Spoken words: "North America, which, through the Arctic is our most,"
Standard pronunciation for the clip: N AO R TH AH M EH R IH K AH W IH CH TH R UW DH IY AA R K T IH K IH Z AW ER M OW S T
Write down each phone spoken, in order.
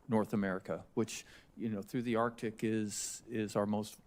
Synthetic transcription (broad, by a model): N AO R TH AH M EH R IH K AH W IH CH TH R UW DH IY AA R K T IH K IH Z AW ER M OW S T